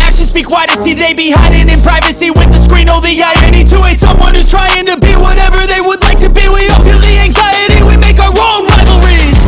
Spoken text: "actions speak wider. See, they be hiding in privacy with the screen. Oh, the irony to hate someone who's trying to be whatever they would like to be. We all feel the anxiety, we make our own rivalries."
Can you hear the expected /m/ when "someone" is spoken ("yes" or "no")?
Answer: yes